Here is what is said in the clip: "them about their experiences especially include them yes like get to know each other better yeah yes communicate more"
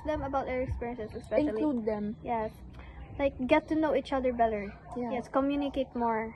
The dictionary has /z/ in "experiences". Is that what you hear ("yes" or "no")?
no